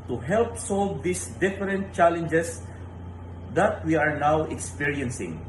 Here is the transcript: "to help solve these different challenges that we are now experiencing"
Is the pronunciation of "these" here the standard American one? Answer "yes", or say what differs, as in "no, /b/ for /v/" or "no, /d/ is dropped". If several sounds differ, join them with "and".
no, /s/ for /z/